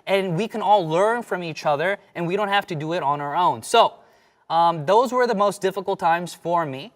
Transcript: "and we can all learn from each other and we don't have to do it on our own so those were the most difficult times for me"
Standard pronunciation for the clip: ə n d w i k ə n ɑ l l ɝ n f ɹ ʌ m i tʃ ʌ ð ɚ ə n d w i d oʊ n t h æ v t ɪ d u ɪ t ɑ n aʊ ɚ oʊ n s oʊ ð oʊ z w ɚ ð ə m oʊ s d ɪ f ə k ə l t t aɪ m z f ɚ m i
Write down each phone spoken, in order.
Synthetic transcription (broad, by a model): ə n w i k ə n ɑ l l ɝ n f ɹ ʌ m i tʃ ʌ ð ɚ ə n w i d oʊ n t h æ f t ɪ d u ɪ t n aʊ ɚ oʊ n s oʊ ð oʊ z w ɚ ð ə m oʊ s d ɪ f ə k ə l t t aɪ m z f ɚ m i